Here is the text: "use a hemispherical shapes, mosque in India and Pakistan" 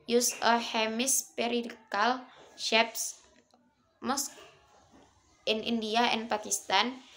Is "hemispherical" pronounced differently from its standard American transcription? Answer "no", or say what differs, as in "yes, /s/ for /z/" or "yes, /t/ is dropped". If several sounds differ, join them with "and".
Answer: yes, /p/ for /f/